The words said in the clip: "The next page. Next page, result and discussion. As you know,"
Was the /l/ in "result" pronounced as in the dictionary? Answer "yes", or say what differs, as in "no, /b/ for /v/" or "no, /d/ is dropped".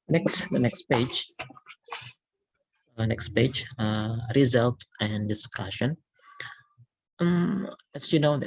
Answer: yes